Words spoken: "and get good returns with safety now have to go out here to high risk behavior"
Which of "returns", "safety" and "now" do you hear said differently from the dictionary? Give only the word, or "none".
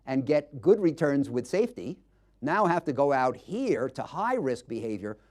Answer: none